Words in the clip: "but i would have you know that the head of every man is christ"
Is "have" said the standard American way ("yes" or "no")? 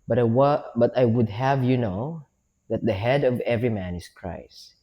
yes